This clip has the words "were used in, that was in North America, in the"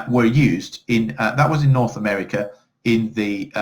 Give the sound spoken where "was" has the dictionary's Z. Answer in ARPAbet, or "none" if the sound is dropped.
Z